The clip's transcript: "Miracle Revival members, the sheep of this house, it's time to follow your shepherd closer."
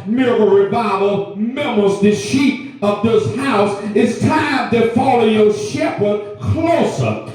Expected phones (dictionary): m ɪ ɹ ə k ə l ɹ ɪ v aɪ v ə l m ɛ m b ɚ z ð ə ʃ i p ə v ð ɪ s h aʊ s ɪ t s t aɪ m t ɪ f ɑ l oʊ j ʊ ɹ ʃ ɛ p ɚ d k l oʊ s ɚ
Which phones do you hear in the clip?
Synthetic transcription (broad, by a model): m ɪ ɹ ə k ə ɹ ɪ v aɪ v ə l m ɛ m ɚ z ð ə ʃ i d ə v ð ɪ s h aʊ s ɪ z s t aɪ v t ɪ f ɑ l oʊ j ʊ ʃ ɛ p ɚ d k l oʊ s ɚ